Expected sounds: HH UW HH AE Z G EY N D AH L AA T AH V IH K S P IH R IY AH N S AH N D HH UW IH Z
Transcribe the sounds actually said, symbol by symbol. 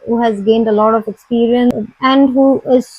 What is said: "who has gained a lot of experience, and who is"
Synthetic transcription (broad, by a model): HH UW HH AE Z G EY N D AH L AA T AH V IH K S P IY R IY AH N AH N D HH UW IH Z